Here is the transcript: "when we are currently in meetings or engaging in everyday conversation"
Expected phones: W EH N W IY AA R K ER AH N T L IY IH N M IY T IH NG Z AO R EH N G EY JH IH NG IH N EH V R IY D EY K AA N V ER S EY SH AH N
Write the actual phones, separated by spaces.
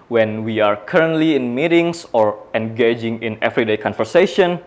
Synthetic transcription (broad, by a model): W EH N W IY AA R K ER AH N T L IY IH N M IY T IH NG S AO R EH N G EY JH IH NG IH N EH V R IY D EY K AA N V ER S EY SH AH N